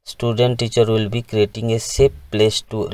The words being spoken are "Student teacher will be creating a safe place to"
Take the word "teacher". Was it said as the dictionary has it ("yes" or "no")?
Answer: yes